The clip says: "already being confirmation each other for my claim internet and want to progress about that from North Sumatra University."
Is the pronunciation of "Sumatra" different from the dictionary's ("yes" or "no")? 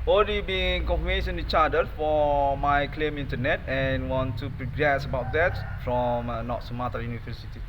yes